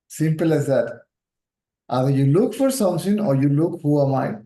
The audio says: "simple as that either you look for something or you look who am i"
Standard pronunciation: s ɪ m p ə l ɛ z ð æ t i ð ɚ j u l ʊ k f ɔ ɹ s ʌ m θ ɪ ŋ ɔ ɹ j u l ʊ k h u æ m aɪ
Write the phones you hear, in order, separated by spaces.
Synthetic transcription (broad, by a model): s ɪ m p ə l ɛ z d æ t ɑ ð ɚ j u l ʊ k f ɔ ɹ s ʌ m s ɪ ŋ ɔ ɹ j u l ʊ k h u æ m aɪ